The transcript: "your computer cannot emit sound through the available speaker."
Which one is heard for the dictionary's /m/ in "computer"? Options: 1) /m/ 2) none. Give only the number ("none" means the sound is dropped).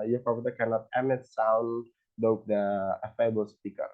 2